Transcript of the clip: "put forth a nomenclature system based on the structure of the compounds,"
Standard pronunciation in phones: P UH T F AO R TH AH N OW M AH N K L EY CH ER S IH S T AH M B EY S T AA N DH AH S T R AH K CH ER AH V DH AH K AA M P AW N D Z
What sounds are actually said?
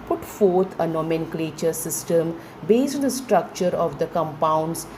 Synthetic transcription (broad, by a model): P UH T F AO R T AH N OW M AH N K L EY CH ER S IH S T AH M B EY S T AA N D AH S T R AH K CH ER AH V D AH K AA M P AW N D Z